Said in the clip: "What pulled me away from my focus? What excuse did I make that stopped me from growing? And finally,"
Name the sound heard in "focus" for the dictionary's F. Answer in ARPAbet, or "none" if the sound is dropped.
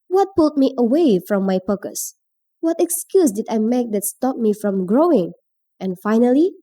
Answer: P